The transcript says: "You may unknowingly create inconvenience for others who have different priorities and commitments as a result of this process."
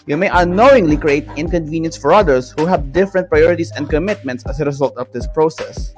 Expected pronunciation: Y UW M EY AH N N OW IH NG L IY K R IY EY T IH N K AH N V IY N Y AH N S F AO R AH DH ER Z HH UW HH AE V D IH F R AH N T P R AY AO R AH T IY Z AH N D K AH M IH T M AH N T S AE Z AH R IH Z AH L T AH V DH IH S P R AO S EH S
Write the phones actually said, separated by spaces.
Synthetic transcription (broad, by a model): Y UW M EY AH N N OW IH NG L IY K R IY EY T IH N K AH N V IY N Y AH N S F AO R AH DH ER S HH UW HH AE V D IH F R AH N T P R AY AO R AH T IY S AH N D K AH M IH T M AH N T S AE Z AH R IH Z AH L T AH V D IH S P R AO S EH S